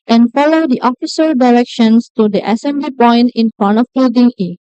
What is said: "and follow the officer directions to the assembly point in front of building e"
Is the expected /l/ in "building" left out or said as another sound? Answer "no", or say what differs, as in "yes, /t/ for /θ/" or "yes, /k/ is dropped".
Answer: yes, /l/ is dropped